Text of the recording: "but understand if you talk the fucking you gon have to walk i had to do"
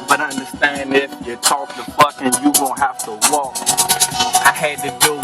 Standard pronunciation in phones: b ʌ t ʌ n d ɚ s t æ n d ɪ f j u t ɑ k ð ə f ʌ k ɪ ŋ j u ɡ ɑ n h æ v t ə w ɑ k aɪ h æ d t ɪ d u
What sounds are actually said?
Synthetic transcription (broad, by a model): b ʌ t ʌ n d ɚ s t æ n d ɪ f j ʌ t ɑ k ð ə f ʌ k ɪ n j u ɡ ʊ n h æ f t ə w ɑ k aɪ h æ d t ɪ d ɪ